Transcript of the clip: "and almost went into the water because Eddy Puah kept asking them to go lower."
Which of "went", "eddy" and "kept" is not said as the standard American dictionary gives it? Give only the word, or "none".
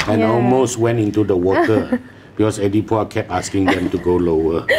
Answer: kept